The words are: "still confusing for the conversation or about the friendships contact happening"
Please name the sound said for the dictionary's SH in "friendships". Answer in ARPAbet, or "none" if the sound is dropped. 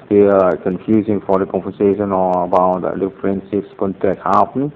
S